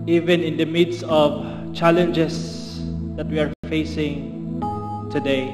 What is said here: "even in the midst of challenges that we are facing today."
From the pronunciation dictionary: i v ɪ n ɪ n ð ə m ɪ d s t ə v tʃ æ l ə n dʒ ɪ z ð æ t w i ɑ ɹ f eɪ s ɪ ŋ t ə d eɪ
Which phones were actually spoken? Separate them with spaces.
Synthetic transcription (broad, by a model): i v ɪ n ɪ n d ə m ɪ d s ə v tʃ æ l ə n dʒ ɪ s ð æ t w i ɑ ɹ f eɪ s ɪ ŋ t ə d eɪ